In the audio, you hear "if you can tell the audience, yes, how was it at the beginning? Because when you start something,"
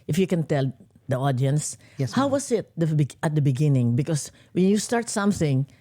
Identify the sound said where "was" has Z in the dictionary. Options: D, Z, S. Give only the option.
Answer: S